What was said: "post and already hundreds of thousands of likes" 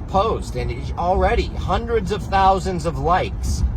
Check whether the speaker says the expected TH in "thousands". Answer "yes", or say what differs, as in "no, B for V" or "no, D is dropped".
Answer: yes